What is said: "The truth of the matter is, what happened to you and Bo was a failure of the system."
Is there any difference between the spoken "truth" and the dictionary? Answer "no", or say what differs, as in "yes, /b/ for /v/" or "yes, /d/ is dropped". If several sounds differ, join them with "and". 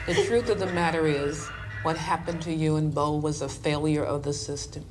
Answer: no